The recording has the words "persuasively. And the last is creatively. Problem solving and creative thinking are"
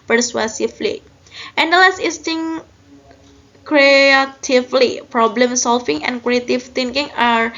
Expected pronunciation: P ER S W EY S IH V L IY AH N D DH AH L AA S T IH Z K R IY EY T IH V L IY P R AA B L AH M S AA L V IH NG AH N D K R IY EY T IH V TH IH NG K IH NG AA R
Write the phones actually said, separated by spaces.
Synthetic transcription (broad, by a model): P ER S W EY S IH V L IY AH N D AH L AA S T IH S K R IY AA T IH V L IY P R AA B L AH M S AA L F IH NG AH N K R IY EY T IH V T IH NG K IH NG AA R